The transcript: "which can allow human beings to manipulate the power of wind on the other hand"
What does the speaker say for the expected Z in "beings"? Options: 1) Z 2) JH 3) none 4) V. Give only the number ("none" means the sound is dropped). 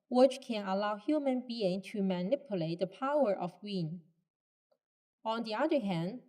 3